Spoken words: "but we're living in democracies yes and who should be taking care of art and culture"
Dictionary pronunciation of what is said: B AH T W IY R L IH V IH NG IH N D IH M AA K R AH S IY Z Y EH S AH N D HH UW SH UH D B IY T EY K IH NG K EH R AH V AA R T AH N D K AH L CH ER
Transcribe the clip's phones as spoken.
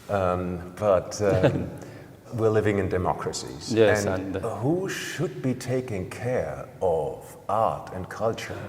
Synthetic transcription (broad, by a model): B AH T W IY R L IH V IH NG IH N D IH M AA K R AH S IY Z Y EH AH N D HH UW SH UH D B IY T EY K IH NG K EH R AH V AA R T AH N K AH L CH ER